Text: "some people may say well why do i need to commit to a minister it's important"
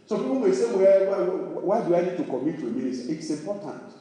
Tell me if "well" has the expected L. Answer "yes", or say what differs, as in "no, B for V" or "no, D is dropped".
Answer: no, W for L